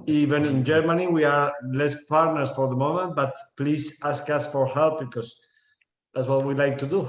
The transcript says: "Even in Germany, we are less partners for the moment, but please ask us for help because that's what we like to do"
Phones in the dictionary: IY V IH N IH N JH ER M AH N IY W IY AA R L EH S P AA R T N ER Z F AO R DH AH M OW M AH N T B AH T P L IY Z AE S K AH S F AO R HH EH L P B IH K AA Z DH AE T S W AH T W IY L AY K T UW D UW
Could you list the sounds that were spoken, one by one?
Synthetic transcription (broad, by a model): IY V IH N IH N JH ER M AH N IY W IY AA R L EH S P AA R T N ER S F AO R DH AH M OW M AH N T B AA T P L IY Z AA S K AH S F AO R HH EH L P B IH K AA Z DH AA T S W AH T W IY L AY K T UW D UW